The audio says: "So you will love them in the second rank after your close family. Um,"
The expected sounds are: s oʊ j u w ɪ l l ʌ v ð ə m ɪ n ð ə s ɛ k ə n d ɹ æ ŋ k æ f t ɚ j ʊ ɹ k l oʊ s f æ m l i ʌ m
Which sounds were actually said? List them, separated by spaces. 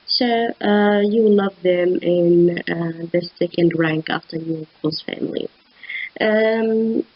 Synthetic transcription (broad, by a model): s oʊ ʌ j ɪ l l ʌ v ð ə m ɪ n ð ə s ɛ k ə n d ɹ æ ŋ k æ f t ɚ j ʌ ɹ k oʊ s f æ m l i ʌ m